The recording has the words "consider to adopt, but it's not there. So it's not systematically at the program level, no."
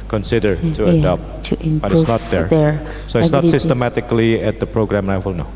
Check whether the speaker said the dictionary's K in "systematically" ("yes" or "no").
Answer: yes